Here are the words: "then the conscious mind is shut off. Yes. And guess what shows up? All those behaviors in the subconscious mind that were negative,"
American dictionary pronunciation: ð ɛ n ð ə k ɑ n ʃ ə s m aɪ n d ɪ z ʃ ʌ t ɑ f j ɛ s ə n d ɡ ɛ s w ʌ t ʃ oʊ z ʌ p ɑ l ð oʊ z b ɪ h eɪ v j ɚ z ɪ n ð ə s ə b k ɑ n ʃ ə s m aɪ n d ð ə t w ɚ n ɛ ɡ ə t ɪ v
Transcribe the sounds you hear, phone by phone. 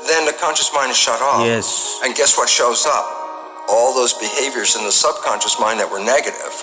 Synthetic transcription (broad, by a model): ð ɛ n ð ə k ɑ n ʃ ə s m aɪ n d ɪ z ʃ ʌ t ɑ j ɛ s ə n ɡ ɛ s w ʌ t ʃ oʊ z ʌ p ɑ l ð oʊ z b ɪ h eɪ v j ɚ z ɪ n ð ə s ə b k ɑ n ʃ ə s m aɪ n ð ə t w ɚ n ɛ ɡ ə t ɪ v